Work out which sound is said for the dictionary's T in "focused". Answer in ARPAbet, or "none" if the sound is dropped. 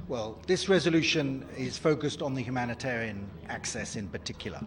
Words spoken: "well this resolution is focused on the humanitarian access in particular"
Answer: T